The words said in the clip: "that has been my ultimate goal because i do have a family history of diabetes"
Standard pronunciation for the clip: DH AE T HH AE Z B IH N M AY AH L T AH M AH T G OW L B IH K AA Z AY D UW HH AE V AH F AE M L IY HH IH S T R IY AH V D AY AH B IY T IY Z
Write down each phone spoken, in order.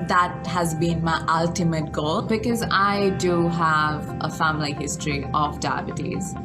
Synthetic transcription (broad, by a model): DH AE T HH AE Z B IH N M AY AH L T AH M AH T G OW L B IH K AA Z AY D UW HH AE V AH F AE M L IY HH IH S T R IY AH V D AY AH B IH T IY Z